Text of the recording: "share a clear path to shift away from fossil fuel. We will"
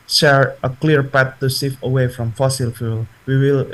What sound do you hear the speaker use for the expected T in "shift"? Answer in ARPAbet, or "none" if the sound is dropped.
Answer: none